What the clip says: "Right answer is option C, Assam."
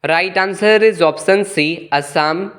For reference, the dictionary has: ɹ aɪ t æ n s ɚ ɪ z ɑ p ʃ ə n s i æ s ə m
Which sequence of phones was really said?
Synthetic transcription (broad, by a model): ɹ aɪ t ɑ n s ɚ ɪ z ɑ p s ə n s i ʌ s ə m